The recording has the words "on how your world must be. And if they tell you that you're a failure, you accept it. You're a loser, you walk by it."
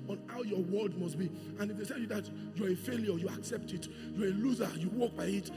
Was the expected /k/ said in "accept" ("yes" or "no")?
yes